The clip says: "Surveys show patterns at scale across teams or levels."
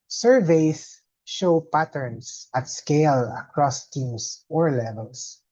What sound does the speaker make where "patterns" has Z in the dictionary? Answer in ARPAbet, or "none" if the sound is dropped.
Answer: S